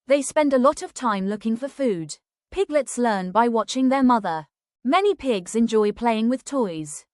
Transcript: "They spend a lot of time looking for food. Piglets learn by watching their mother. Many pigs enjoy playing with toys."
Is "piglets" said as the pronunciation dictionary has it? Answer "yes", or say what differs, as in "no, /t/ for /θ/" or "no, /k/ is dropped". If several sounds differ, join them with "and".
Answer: yes